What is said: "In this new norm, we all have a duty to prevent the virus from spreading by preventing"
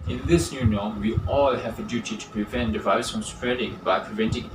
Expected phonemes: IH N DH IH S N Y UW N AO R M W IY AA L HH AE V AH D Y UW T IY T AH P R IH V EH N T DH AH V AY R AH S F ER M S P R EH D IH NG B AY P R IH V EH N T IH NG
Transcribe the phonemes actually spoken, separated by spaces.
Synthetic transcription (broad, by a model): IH N DH IH S N Y UW N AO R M W IY AA L HH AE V AH D Y UW T IY T AH P R IH V EH N T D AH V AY AH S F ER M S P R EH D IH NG B AY P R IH V EH N T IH NG